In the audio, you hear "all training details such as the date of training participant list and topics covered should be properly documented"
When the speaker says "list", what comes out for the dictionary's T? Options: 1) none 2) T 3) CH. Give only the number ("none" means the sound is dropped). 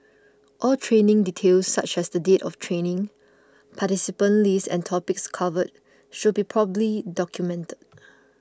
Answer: 1